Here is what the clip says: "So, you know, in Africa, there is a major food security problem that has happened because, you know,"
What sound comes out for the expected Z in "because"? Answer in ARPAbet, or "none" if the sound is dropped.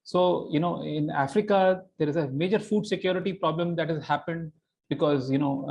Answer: Z